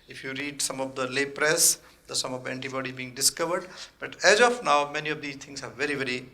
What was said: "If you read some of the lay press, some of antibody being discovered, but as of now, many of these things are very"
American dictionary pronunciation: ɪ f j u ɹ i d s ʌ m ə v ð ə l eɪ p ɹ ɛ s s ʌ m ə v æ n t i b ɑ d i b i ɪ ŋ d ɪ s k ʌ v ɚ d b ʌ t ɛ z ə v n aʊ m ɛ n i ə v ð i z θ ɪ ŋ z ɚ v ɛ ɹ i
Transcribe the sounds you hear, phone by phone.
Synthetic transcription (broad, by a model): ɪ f j u ɹ i d s ʌ m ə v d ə l eɪ p ɹ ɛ s s ʌ m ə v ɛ n t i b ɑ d i b i ɪ ŋ d ɪ s k ʌ v ɚ d b ʌ t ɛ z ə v n aʊ m ɛ n i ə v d i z t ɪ ŋ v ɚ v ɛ ɹ i